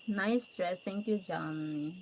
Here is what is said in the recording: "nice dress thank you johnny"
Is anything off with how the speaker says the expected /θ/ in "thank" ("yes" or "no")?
yes